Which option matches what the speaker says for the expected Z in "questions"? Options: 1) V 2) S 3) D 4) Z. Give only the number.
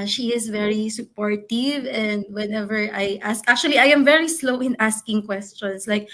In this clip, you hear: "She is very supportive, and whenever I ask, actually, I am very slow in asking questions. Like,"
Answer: 2